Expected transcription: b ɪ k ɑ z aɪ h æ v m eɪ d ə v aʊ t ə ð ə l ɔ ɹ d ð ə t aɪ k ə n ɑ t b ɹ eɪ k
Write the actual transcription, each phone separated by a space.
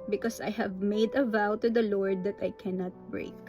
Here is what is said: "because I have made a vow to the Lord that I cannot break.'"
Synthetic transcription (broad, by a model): b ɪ k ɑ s aɪ h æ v m eɪ d ə v aʊ t ə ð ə l ɔ ɹ d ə t aɪ k ə n ɑ t b ɹ eɪ k